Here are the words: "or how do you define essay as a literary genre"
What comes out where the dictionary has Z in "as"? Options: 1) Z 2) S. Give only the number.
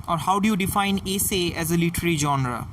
1